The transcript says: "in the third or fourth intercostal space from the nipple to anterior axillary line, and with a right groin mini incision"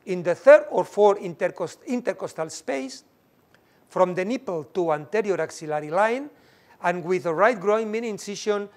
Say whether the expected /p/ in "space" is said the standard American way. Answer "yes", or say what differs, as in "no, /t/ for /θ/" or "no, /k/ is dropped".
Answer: yes